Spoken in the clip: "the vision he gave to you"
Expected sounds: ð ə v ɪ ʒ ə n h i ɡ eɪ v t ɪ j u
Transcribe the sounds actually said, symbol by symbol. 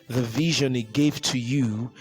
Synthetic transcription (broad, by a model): ð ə v ɪ ʒ ə n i ɡ eɪ v t ɪ j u